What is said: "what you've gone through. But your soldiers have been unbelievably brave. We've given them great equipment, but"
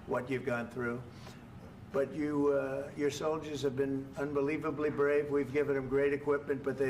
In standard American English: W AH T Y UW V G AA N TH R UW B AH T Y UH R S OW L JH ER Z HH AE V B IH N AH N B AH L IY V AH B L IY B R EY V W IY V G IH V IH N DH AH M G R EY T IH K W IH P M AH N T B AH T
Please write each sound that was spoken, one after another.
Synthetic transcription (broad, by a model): W AH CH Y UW V G AA N TH R UW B AH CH Y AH R S OW L JH ER Z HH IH V B IH N AH N B AH L IY V AH B L IY B R EY V W IY V G IH V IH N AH M G R EY T IH K W IH P M AH N T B AH T